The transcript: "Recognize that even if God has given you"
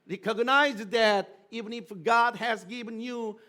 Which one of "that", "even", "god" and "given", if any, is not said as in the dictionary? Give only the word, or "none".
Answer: none